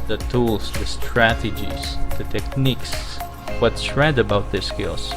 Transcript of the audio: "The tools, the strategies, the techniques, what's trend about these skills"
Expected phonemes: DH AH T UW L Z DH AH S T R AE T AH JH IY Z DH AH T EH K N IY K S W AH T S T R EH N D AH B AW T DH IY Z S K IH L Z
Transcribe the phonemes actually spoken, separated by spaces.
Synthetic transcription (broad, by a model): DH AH T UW L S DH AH S T R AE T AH JH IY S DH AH T EH K N IY K S W AH T S R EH D AH B AW T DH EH S K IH L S